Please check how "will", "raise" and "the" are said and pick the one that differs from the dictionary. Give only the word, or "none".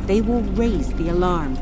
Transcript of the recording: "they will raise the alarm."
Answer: none